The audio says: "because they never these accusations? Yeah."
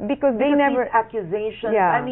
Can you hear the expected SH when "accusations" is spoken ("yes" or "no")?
no